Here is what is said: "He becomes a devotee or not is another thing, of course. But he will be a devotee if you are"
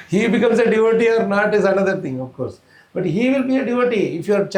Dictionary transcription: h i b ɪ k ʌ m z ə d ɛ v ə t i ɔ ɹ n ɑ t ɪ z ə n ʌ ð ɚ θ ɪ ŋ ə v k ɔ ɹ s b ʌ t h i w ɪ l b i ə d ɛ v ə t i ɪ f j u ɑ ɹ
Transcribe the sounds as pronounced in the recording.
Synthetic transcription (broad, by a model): h i b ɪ k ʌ m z ə d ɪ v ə t i ɔ ɹ n ɑ t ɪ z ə n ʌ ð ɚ t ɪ ŋ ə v k ɔ ɹ s b ʌ t h i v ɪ l b i ə d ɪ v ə t i ɪ f j u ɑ ɹ